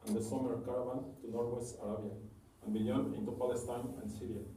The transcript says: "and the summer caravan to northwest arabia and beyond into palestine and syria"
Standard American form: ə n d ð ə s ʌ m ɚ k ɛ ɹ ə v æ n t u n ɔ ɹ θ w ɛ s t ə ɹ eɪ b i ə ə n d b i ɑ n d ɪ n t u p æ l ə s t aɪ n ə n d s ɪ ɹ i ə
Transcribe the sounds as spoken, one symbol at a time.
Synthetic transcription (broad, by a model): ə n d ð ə s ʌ m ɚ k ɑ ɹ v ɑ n t u n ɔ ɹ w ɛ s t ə ɹ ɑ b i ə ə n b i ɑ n ɪ n t u p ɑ l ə s t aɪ n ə n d s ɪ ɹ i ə